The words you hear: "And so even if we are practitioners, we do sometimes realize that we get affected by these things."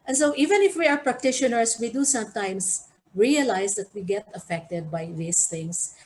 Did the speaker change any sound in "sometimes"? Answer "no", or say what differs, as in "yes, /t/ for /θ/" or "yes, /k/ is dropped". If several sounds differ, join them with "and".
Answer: yes, /s/ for /z/